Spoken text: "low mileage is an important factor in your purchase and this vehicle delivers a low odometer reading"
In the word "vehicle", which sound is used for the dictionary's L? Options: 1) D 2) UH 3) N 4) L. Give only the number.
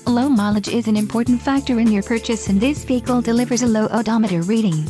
4